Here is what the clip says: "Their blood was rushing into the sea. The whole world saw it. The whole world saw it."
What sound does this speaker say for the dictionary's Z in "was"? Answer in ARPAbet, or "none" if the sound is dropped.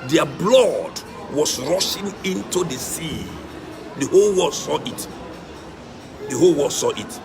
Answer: S